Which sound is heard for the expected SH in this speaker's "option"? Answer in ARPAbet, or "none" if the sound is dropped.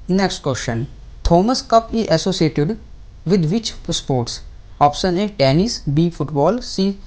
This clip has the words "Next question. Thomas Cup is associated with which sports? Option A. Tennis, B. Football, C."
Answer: S